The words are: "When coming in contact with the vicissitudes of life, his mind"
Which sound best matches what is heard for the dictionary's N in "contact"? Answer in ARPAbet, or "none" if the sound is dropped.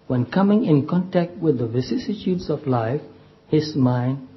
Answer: N